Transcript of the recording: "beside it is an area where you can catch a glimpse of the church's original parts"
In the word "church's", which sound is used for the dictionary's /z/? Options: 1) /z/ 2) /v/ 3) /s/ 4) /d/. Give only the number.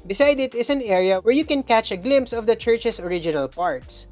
3